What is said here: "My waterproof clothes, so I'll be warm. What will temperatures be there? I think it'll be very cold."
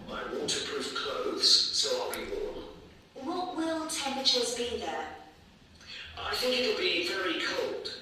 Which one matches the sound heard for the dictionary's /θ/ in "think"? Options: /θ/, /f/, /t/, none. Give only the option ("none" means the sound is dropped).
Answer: /θ/